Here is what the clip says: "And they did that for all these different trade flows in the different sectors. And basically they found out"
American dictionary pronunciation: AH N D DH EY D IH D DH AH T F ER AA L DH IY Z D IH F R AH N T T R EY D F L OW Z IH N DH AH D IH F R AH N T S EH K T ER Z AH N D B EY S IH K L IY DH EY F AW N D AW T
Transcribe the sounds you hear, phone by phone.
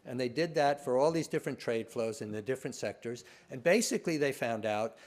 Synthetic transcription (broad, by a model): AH N DH EY D IH D DH AH T F ER AA L DH IY Z D IH F R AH N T T R EY D F L OW Z IH N DH AH D IH F R AH N T S EH K T ER Z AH N B EY S IH K L IY DH EY F AW N D AW T